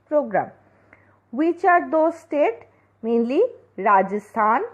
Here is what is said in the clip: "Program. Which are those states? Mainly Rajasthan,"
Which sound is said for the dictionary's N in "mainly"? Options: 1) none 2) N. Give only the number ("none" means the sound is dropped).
1